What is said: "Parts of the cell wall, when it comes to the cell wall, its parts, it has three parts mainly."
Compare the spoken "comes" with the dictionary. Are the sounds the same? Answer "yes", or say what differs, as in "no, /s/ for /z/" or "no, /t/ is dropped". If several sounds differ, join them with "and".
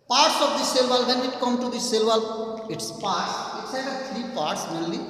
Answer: no, /z/ is dropped